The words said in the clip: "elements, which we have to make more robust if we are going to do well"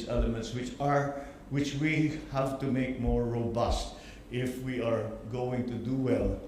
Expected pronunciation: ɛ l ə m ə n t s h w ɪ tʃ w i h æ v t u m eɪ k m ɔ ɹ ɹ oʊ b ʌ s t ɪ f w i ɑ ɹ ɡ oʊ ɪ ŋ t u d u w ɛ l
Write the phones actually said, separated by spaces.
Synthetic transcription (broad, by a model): ɛ l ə m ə n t s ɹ w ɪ tʃ w i h æ v t u m eɪ k m ɔ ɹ ɹ oʊ b ʌ s t ɪ f w i ɑ ɹ ɡ oʊ ɪ ŋ t u d u w ɛ l